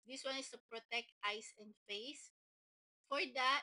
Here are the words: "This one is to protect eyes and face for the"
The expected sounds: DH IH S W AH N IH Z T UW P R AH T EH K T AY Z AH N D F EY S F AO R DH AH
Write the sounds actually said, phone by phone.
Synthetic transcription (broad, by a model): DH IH S W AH N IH S T UW P R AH T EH K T AY S AH N D F EY S F AO R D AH